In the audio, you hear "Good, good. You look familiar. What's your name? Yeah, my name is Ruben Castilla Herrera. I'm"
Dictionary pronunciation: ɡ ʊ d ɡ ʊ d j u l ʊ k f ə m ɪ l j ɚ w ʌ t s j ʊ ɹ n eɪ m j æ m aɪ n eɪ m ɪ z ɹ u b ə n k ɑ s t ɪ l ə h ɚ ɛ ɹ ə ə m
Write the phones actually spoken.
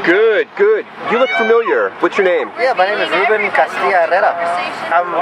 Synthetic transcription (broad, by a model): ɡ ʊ d ɡ ʊ d j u l ʊ k f ə m ɪ l j ɚ w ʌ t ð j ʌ ɹ n eɪ m j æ m aɪ n eɪ m ɪ z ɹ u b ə n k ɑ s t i ə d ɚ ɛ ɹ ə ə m